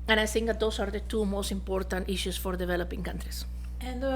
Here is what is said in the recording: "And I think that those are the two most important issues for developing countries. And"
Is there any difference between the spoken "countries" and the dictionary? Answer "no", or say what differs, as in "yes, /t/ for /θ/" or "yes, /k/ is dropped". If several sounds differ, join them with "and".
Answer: yes, /s/ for /z/